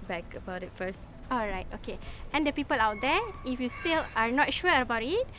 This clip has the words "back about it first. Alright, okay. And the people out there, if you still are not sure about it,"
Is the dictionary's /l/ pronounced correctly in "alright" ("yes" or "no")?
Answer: yes